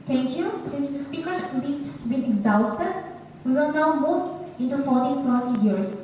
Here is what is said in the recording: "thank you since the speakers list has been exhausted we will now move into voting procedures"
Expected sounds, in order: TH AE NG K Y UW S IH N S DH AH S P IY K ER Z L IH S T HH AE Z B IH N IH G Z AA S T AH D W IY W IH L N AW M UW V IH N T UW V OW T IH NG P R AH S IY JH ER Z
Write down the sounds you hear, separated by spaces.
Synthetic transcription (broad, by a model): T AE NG K Y UW S IH N S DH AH S P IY K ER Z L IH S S B IH N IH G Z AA S T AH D W IY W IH L N AW M UW V IH N T UW F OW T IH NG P R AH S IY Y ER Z